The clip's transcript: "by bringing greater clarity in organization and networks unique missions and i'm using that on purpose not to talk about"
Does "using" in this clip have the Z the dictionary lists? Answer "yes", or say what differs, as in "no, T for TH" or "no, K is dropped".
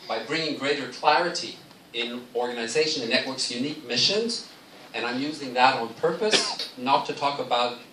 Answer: yes